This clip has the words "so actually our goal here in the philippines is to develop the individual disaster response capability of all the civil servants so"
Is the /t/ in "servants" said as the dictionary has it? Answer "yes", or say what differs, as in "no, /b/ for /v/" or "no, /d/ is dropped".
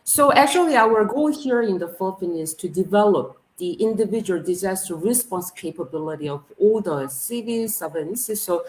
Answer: no, /s/ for /t/